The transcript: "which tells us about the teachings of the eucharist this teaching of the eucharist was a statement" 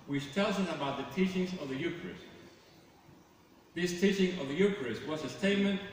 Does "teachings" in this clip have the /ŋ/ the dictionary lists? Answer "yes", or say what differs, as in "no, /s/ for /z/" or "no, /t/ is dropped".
yes